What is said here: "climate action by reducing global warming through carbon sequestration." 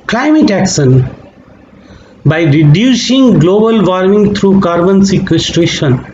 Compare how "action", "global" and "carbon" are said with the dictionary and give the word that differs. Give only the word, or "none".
action